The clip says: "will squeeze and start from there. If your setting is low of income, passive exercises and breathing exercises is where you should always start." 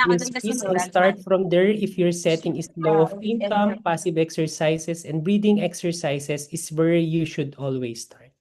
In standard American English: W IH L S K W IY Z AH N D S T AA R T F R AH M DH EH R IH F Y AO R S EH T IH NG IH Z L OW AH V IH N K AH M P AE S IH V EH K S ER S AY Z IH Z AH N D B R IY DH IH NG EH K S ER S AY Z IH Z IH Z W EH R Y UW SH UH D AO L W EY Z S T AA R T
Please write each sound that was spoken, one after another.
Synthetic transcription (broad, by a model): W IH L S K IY S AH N S T AA R T F R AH M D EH R IH F Y AO R S EH T IH NG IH S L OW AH P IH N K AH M P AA S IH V EH K S ER S AY S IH S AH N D B R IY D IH NG EH K S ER S AY S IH S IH S W EH R Y UW SH UH D AO L W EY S T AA R T